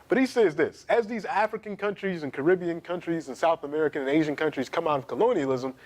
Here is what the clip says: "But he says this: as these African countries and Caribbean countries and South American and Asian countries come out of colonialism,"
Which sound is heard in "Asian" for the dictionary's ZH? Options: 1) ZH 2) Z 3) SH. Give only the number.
1